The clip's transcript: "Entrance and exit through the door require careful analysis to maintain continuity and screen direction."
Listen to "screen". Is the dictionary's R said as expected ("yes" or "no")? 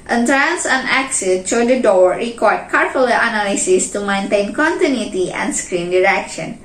yes